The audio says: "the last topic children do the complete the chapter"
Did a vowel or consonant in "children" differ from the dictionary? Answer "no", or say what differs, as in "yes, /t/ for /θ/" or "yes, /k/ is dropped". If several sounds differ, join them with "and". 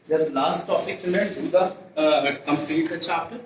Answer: yes, /ɹ/ is dropped